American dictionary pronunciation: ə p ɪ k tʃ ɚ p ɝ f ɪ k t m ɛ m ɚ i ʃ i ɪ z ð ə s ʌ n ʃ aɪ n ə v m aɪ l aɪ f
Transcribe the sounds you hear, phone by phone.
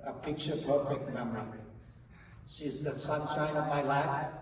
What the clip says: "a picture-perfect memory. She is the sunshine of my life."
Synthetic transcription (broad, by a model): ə p ɪ k tʃ ɚ p ɝ f ɪ k t m ɛ m ɚ i ʃ i z ð ə s ʌ n ʃ aɪ n ə v m aɪ l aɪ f